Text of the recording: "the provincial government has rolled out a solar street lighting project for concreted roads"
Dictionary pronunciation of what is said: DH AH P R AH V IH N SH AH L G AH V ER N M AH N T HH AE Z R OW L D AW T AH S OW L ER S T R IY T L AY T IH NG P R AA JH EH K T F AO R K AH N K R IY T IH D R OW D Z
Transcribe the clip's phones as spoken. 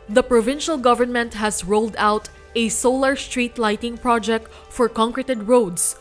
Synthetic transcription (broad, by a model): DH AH P R AH V IH N SH AH L G AH V ER N M AH N T HH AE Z R OW L D AW T AH S OW L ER S T R IY T L AY T IH NG P R AA JH EH K T F AO R K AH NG K R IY T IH D R OW D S